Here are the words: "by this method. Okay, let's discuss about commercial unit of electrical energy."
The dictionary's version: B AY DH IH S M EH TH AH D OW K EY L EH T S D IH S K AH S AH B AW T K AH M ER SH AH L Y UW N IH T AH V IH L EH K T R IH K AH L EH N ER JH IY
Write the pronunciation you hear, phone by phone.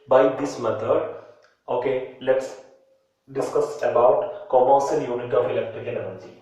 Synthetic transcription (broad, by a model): B AY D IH S M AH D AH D OW K EY L EH T S D IH S K AH S AH B AW T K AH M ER S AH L Y UW N IH T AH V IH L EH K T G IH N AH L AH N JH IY